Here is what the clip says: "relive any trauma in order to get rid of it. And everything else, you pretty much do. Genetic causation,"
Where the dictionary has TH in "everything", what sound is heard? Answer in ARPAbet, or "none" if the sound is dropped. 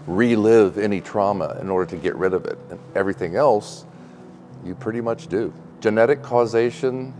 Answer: TH